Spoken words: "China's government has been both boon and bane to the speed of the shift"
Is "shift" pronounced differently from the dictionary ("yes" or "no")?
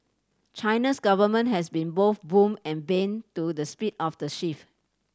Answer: yes